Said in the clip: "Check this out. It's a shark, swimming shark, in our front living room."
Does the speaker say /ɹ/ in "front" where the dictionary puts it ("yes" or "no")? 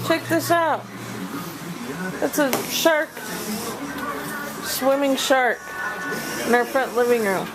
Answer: yes